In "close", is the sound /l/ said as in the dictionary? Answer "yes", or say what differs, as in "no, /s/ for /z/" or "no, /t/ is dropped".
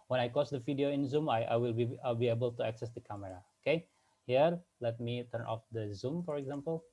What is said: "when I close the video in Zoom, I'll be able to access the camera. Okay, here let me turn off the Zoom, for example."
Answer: no, /l/ is dropped